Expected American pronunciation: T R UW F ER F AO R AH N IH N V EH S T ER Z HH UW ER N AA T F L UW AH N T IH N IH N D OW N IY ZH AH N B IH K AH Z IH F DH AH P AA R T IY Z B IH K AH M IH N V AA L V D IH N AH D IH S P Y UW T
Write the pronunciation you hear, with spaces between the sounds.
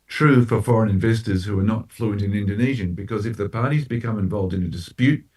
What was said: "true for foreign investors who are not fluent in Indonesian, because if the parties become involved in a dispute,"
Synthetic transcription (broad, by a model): T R UW F ER F AO R AH N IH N V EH S T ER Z HH UW ER N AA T F L UW AH N T IH N IH N D OW N IY ZH AH N B IH K AH Z IH F DH AH P AA R T IY Z B IH K AH M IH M V AA L V D IH N AH D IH S P Y UW T